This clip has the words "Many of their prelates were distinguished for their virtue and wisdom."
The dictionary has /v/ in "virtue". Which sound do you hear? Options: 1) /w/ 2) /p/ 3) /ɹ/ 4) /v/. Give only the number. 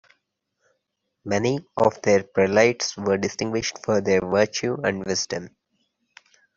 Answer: 4